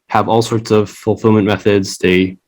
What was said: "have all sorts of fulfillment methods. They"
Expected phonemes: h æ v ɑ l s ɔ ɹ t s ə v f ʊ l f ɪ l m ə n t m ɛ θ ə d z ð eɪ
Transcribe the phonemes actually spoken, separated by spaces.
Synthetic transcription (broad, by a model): h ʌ v ɑ l s ɔ ɹ t s ə v f l f ɪ l m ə n m ɛ θ ə d z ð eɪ